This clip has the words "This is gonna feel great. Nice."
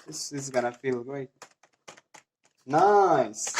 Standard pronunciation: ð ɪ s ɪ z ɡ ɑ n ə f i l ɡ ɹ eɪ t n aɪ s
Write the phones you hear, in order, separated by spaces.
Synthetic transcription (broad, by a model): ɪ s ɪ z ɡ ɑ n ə f i l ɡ eɪ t n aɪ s